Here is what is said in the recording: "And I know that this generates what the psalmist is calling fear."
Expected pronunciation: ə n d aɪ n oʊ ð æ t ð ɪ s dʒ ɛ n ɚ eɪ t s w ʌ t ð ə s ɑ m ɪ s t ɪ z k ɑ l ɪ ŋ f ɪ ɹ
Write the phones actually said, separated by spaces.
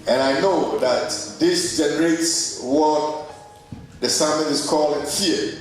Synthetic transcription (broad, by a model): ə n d aɪ n oʊ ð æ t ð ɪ s dʒ ɛ n ɚ eɪ t s w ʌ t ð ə s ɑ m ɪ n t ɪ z k ɑ l ɪ ŋ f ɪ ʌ